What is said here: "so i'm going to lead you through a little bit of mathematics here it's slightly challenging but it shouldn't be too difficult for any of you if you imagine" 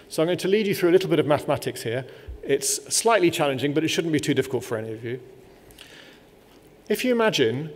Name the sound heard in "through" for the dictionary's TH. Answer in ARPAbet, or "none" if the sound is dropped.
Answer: TH